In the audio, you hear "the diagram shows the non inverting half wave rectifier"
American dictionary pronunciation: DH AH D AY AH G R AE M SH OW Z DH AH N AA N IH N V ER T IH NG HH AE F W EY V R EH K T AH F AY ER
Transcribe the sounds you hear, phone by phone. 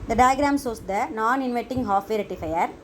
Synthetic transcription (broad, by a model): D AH D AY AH G R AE M S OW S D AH N AA N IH N V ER T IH NG HH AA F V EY R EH T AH F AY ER